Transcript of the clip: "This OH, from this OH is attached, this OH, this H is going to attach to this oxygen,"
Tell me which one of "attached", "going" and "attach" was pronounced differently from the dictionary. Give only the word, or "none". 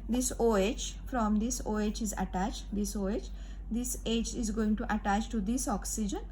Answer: none